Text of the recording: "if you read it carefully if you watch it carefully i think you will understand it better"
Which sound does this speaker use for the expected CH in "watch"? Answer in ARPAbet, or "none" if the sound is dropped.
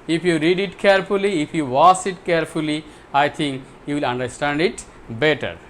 S